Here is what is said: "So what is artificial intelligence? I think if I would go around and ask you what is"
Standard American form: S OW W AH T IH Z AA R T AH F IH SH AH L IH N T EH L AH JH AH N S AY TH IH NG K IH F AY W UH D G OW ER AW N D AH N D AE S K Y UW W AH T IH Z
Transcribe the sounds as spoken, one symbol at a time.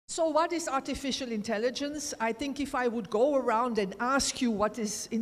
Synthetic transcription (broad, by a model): S OW W AH T IH Z AA R T AH F IH SH AH L IH N T EH L AH JH AH N S AY TH IH NG K IH F AY W UH D G OW ER AW N D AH N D AE S K Y UW W AH T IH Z